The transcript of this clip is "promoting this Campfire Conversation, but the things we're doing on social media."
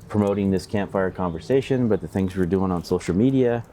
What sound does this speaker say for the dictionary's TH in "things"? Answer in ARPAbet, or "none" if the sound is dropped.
TH